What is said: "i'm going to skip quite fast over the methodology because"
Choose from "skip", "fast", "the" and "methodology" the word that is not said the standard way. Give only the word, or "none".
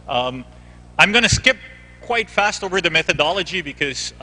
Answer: none